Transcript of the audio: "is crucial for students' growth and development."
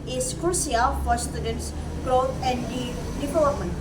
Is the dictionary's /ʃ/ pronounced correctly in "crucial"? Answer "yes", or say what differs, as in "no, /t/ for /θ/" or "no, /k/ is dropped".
no, /s/ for /ʃ/